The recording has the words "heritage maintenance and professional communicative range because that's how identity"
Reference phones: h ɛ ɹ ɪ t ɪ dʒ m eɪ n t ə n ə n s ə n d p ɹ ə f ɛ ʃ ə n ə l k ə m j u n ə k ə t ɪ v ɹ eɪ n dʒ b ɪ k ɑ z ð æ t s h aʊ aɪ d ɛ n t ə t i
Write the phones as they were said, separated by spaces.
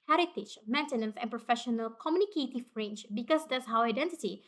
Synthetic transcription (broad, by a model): h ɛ ɹ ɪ t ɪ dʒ m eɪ n t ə n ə n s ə n p ɹ ə f ɛ ʃ ə n ə l k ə m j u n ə k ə t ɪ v ɹ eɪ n ʃ b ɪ k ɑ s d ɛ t s h aʊ aɪ d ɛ n t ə t i